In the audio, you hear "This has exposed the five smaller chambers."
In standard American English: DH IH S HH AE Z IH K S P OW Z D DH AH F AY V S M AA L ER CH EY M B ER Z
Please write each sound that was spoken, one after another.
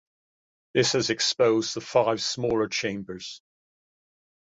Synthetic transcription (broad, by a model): DH IH S HH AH Z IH K S P OW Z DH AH F AY V S M AA L ER CH EY M B ER Z